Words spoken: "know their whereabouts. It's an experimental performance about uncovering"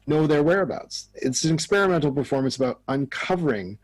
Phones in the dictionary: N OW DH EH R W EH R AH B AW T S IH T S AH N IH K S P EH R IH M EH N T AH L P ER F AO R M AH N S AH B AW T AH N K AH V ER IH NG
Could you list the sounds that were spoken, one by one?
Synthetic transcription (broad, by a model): N OW DH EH R W EH R AH B AW T S IH T S AH N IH K S P EH R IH M EH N T L P ER F AO R M AH N S AH B AW T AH N K AH V ER IH NG